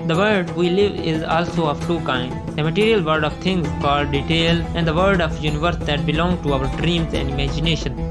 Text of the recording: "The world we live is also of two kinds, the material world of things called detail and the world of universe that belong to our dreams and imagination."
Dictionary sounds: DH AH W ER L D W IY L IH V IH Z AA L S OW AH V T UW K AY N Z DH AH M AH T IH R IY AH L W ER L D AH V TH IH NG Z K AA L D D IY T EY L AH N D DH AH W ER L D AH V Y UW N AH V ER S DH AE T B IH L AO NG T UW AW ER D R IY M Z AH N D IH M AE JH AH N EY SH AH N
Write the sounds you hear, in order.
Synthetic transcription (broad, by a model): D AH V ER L D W IY L IH V IH Z AA L S OW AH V T UW K AY N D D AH M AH T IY R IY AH L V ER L D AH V T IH NG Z K AA L D D IY T EY L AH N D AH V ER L D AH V Y UW N AH V ER S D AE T B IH L AO NG T UW AW ER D R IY M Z AH N D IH M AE JH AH N EY SH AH N